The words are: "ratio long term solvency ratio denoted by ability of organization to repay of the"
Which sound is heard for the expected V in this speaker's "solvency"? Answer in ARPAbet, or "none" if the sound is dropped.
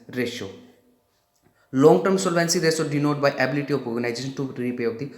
V